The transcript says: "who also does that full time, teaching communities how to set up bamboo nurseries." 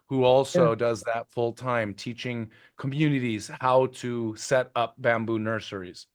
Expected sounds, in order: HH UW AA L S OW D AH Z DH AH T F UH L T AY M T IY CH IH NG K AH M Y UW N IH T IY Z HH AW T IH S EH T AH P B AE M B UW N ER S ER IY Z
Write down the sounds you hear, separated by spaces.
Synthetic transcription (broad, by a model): HH UW AA L S OW D AH Z DH AH T F UH L T AY M T IY CH IH NG K AH M Y UW N IH T IY Z HH AW T IH S EH T AH P B AE M B UW N ER S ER IY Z